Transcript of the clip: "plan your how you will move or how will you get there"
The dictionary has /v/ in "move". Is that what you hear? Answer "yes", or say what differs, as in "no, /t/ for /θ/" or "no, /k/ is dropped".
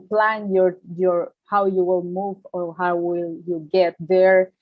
yes